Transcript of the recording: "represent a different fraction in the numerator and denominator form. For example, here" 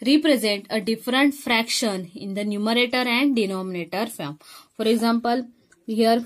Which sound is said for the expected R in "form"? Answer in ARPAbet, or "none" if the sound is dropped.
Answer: L